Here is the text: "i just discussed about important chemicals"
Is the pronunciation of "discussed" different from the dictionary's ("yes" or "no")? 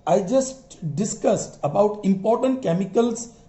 no